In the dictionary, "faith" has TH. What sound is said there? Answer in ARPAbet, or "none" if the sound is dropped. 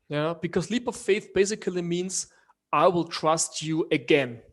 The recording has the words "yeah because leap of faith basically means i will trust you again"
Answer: TH